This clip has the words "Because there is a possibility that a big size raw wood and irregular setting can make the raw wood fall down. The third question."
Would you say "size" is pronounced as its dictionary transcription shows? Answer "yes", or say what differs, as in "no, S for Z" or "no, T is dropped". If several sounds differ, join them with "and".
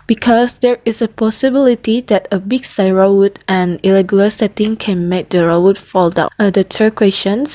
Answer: no, Z is dropped